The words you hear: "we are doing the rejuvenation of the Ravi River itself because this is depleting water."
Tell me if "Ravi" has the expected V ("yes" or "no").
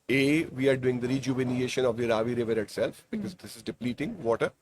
yes